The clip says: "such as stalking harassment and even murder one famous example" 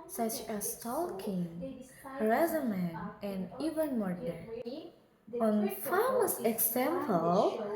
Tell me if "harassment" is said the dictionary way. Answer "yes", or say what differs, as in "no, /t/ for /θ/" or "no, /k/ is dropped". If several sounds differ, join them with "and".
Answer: no, /s/ is dropped